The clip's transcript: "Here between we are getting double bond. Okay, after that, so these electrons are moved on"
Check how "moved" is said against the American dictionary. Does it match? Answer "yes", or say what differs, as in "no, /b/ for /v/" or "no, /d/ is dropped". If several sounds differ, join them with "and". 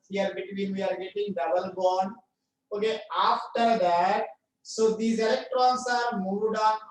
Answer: no, /v/ is dropped